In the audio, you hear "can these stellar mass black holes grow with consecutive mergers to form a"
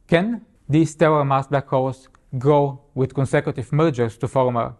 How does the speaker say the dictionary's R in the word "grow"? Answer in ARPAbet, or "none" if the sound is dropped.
R